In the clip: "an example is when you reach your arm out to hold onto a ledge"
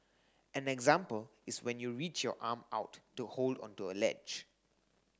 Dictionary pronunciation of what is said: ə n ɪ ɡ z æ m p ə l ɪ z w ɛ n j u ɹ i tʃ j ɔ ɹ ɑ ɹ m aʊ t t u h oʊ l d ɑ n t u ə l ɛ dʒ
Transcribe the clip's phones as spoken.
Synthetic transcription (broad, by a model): ə n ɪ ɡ z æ m p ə l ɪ s w ɛ n j u ɹ i tʃ j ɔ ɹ ɑ m aʊ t t u h oʊ l d ɑ n t u ə l ɛ dʒ